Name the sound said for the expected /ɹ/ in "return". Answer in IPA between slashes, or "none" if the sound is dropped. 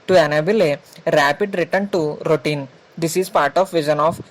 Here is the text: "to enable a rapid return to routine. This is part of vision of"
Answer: /ɹ/